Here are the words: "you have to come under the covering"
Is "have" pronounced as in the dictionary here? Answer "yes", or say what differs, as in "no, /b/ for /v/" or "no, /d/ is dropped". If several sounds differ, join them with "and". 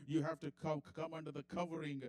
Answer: no, /f/ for /v/